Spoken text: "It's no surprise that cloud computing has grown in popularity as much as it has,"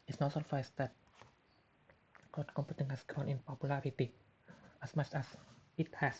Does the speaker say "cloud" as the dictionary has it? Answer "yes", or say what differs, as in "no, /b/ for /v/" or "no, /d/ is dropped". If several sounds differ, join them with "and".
no, /l/ is dropped